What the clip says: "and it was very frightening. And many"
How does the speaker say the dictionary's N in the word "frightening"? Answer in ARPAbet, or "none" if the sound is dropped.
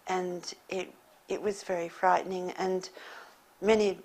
N